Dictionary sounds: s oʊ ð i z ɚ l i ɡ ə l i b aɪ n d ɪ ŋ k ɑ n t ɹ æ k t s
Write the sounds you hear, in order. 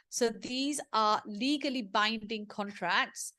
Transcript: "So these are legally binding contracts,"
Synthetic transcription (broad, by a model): s oʊ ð i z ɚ l i ɡ ə l i b aɪ n d ɪ ŋ k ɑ n t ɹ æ k t s